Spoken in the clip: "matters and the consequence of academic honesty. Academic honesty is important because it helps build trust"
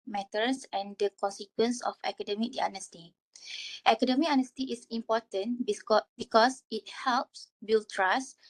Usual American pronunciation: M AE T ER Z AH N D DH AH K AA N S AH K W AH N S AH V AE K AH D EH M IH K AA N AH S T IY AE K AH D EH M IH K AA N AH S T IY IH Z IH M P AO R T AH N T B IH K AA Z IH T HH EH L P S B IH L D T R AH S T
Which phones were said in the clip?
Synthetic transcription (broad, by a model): M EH T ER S AH N D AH K AA N S AH K W AH N S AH F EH K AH D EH M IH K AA N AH S T IY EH K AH D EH M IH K AA N AH S T IY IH S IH M P AO T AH N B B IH K AA S IH T HH EH L P S B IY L T R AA S